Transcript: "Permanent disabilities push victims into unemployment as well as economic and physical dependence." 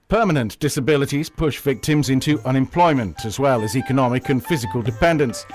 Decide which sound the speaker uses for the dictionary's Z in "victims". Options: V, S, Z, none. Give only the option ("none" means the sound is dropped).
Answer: Z